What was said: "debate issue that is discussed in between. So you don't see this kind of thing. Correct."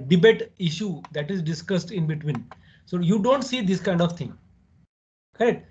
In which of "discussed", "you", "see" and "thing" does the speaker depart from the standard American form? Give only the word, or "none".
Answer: thing